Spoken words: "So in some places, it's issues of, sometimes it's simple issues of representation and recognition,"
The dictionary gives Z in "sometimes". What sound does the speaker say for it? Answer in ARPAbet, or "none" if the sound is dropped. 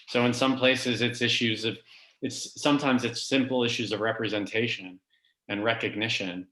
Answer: Z